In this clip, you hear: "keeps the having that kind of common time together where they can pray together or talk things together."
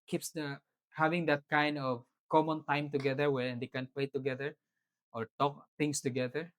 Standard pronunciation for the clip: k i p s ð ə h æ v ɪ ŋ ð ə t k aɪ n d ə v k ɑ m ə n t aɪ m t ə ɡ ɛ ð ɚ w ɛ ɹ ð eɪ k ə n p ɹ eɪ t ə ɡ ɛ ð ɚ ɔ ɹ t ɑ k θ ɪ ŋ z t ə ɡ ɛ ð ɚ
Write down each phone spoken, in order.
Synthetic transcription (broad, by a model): k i p s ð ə h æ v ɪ ŋ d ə t k aɪ n d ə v k ɑ m ə n t aɪ m t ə ɡ ɛ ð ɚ w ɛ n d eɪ k ə n p l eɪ t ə ɡ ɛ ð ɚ ɔ ɹ t ɑ k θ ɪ ŋ s t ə ɡ ɛ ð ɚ